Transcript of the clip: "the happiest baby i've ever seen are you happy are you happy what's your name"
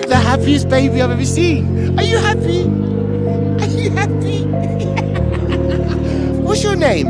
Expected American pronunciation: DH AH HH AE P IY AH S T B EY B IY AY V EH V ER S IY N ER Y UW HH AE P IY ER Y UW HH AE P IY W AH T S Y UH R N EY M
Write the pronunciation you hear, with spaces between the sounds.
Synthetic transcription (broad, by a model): DH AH HH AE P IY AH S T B EY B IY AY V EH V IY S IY ER Y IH HH AE P IY ER Y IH HH AE P IY W AH T S Y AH R N EY M